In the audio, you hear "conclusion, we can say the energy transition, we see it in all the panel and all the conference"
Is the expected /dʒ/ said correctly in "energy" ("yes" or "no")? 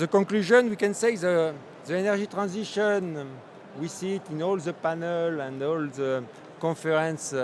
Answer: no